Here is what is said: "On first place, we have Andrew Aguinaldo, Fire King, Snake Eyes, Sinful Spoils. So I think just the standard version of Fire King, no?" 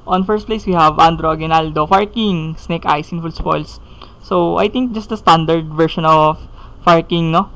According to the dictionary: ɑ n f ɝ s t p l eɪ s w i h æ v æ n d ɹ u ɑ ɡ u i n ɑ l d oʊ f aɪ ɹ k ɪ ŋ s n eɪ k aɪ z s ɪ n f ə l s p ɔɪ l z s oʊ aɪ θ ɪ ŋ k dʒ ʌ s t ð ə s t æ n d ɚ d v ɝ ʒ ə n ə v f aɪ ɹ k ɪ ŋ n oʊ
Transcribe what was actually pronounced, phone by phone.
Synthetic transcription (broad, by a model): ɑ n f ɝ s t p l eɪ s w i h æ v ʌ n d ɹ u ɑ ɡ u n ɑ l d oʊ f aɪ ɹ k ɪ ŋ s n eɪ k aɪ s ɪ n f ə l s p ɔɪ l s oʊ aɪ t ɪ ŋ k dʒ ʌ s t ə s t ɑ n d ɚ d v ɝ ʃ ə n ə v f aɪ ɹ k ɪ ŋ n oʊ